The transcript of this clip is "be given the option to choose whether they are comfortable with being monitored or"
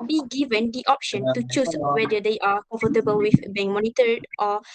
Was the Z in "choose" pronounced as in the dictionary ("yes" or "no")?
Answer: no